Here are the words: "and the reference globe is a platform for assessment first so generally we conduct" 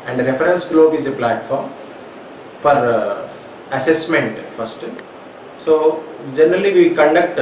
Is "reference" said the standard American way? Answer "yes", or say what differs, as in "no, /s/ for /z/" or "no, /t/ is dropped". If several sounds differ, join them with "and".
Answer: no, /f/ is dropped